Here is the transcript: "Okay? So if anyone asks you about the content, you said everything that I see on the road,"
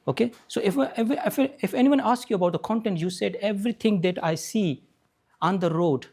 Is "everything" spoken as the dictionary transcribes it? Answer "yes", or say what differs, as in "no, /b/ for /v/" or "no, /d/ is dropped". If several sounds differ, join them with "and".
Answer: no, /t/ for /θ/